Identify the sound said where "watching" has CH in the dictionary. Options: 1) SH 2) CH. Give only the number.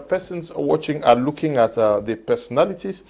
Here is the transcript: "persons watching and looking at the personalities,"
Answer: 2